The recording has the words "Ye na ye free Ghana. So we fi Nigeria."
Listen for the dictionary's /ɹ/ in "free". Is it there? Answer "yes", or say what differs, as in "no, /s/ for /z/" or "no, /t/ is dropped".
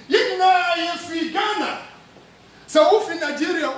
no, /ɹ/ is dropped